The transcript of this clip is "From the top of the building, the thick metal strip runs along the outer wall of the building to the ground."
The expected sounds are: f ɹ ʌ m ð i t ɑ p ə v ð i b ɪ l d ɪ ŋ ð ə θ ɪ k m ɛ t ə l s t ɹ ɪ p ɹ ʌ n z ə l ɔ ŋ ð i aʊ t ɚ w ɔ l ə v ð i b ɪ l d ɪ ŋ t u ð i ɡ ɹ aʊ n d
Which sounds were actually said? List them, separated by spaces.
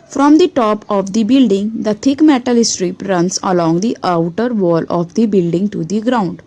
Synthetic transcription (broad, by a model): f ɹ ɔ m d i t ɑ p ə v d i b ɪ l d ɪ ŋ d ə t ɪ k m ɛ t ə l s t ɹ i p ɹ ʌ n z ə l ɔ ŋ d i aʊ t ɚ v ɔ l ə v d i b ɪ l d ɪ ŋ t u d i ɡ ɹ aʊ n d